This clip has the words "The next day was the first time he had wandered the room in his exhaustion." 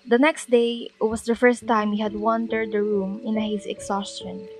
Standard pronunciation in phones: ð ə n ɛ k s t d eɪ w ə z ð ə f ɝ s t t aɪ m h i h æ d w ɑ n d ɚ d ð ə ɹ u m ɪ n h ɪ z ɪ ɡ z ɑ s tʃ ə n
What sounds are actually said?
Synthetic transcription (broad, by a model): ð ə n ɛ k s t d eɪ w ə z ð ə f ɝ s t t aɪ m h i h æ d w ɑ n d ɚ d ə ɹ u m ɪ n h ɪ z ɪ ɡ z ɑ s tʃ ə n